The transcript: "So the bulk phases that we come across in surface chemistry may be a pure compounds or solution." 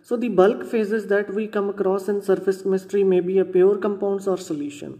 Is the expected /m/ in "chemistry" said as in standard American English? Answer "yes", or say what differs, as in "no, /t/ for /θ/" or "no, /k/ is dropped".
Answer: no, /m/ is dropped